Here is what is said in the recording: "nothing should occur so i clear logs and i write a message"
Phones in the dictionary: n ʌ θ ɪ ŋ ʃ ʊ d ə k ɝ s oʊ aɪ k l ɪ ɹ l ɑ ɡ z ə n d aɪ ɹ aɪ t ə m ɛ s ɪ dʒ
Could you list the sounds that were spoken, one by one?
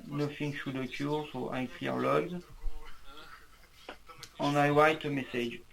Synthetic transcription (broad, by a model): n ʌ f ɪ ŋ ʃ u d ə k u s oʊ aɪ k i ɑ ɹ l ɑ ɡ z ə n aɪ w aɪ t ə m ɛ s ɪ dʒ